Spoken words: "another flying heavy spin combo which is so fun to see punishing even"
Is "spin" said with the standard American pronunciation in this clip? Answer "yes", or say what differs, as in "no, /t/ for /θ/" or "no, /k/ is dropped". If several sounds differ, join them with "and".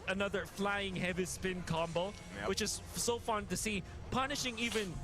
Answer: yes